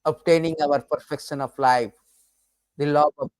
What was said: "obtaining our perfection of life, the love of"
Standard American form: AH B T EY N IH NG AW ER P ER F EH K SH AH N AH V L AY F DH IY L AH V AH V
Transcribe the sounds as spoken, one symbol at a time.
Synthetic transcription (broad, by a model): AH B T EY N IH NG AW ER P ER F EH K SH AH N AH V L AY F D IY L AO AH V